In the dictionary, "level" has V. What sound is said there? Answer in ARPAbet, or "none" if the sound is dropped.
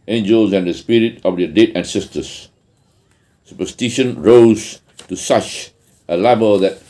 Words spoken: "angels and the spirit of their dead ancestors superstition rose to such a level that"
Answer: B